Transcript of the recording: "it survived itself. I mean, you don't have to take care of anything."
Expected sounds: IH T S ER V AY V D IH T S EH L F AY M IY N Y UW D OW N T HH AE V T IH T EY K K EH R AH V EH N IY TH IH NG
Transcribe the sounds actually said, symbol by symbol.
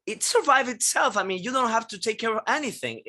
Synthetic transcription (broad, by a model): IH T S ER V AY V IH T S EH L F AY M IY N Y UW D OW N T HH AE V T IH T EY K K EH R AH V EH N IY TH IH NG